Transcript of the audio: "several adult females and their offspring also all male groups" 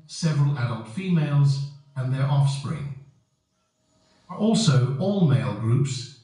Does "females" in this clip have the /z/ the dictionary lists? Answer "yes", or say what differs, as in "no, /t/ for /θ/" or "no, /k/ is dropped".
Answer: yes